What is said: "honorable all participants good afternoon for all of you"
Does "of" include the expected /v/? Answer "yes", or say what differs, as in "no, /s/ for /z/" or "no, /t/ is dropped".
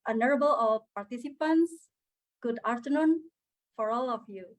no, /f/ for /v/